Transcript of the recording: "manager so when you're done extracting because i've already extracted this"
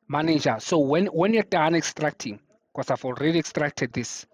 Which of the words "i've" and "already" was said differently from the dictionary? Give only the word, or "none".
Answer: i've